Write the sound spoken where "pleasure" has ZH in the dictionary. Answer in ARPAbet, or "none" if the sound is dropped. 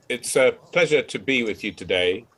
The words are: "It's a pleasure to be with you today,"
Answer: ZH